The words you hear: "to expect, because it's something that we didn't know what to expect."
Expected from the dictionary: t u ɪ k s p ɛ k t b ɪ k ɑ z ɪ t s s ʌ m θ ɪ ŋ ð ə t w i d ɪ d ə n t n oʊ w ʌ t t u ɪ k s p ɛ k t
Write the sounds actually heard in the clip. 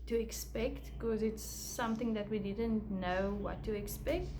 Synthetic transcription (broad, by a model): t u ɪ k s p ɛ k t k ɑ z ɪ t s s ʌ m θ ɪ ŋ ð ə t w i d ɪ d ə n t n oʊ w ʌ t t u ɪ k s p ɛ k t